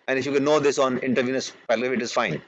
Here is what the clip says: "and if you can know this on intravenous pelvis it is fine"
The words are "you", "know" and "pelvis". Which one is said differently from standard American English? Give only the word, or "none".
pelvis